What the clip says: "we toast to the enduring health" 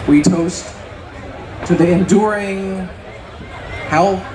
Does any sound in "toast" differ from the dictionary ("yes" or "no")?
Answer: no